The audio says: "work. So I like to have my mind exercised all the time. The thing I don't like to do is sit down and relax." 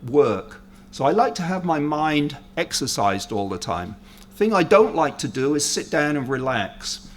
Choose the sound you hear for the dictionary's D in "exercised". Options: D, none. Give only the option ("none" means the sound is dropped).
D